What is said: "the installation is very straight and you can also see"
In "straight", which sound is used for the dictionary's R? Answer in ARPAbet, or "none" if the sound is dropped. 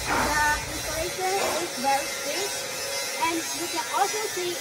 none